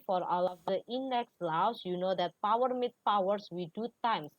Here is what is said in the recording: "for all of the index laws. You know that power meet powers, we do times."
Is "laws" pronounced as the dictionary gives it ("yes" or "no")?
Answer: no